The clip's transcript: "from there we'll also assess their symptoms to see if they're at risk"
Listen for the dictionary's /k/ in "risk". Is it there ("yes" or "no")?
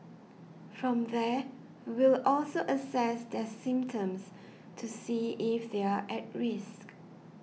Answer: yes